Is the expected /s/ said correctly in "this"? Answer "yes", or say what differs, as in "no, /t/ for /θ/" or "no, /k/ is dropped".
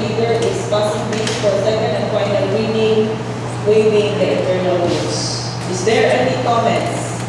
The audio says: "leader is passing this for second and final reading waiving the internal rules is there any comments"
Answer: no, /s/ is dropped